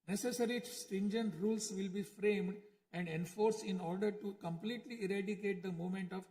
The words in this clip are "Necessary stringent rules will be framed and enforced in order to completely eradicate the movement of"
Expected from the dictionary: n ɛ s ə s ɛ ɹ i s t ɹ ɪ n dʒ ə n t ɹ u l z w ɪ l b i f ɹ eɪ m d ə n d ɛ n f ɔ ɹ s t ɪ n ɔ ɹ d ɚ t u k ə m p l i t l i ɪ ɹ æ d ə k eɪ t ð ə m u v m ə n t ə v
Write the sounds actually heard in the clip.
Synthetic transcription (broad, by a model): n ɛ s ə s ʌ ɹ i s t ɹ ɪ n dʒ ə n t ɹ u l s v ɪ l b i f ɹ eɪ m d ə n d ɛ n f ɔ ɹ s ɪ n ɔ ɹ d ɚ t u k ə m p l i t l i ɪ ɹ æ d ə k eɪ t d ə m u m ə n t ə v